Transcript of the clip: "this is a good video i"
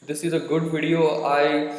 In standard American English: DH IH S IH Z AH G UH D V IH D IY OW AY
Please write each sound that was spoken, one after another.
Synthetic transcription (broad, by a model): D IH S IH Z AH G UH D V IH D IY OW AY